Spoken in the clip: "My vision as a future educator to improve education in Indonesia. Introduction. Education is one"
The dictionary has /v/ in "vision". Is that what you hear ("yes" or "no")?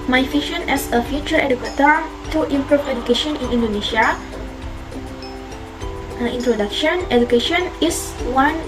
no